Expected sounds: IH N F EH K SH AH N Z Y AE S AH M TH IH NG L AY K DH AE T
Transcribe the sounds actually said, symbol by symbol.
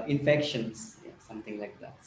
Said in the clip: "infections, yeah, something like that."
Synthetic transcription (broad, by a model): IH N F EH K SH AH N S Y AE S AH M T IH NG L AY K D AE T